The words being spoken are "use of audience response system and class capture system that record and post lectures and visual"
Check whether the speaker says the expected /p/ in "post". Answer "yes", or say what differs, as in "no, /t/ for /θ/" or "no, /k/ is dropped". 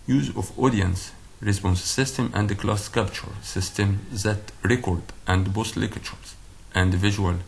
no, /b/ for /p/